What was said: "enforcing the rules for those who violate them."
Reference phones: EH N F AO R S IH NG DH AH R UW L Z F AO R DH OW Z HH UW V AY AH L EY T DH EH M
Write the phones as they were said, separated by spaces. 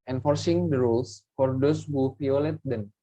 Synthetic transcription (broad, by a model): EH N F AO R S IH NG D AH R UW L S F AO R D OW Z HH UW F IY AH L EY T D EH M